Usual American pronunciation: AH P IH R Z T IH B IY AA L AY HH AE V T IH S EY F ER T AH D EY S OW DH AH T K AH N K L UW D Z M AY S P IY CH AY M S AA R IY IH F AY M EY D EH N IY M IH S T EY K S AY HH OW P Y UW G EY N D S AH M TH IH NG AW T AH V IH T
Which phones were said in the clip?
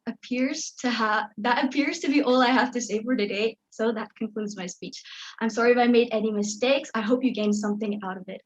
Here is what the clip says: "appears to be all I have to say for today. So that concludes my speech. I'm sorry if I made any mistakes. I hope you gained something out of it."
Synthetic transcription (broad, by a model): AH P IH R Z T IH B IY AA L AY HH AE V T IH S EY F ER T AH D EY S OW DH AH T K AH N K L UW D Z M AY S P IY CH AY M S AA R IY IH F AY M EY D EH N IY M IH S T EY K S AY HH OW P Y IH G EY N S AH M TH IH NG AW T AH V IH T